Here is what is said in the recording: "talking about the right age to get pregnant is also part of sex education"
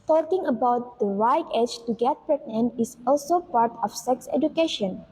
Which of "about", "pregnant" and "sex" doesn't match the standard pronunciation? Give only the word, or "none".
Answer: pregnant